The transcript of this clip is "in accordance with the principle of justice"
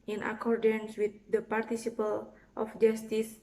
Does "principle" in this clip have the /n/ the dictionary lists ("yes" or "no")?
no